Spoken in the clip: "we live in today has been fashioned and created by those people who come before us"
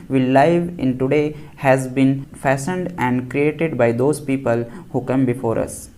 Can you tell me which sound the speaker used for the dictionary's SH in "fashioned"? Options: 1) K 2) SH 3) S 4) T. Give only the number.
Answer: 3